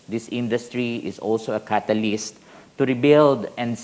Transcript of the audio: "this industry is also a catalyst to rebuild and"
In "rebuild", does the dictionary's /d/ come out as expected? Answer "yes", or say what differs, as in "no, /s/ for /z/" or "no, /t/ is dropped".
yes